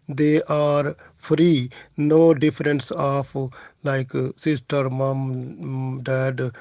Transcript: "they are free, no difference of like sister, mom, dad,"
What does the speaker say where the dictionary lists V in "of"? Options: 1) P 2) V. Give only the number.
1